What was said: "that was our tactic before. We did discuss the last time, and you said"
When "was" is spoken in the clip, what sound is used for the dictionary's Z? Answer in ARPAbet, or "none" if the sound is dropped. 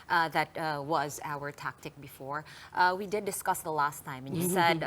Z